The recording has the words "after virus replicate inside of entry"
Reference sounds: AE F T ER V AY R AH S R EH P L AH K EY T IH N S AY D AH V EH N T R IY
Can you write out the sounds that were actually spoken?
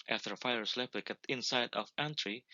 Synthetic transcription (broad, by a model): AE F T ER F AY R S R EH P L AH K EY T IH N S AY D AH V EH N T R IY